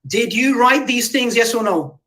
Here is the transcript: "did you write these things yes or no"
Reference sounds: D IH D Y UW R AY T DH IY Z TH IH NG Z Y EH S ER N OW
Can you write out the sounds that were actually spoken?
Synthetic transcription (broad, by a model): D IH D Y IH R AY T DH IY Z TH IH NG Z Y EH S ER N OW